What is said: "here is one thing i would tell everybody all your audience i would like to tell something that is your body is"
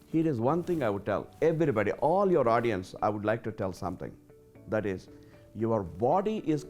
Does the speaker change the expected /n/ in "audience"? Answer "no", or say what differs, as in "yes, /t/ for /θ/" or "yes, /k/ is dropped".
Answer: no